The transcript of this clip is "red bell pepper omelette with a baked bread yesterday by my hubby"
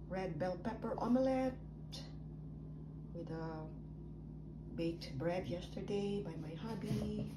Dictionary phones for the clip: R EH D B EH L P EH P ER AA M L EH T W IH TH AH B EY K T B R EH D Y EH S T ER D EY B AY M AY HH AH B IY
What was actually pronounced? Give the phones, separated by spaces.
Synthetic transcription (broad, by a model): R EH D B EH L P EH P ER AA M L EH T W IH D AH B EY T B R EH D Y EH S T ER D EY B AY M AY HH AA B IY